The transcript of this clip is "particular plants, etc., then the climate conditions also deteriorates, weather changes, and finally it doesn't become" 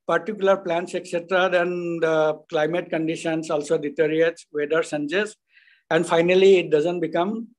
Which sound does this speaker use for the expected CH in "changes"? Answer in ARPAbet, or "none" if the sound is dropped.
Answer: S